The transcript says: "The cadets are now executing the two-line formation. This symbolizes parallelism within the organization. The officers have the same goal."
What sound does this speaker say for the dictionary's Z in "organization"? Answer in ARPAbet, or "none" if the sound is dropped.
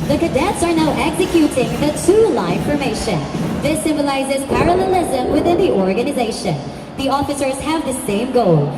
Z